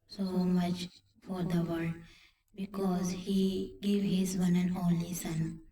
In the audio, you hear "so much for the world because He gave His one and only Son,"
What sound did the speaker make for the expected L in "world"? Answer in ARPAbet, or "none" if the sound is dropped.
none